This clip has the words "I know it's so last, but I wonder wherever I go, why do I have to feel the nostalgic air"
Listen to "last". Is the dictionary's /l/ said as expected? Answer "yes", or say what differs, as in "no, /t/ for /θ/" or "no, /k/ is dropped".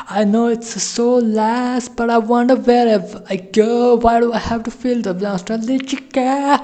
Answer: yes